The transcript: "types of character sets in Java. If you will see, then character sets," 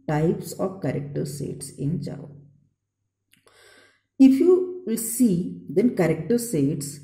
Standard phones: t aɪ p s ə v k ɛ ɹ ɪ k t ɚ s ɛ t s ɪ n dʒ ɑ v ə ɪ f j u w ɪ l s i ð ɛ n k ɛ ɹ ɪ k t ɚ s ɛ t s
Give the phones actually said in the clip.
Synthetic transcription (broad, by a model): t aɪ p s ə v k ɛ ɹ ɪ k t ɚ s ɛ t s ɪ n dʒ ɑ ə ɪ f j u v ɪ l s i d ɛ n k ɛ ɹ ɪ k t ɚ s ɛ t s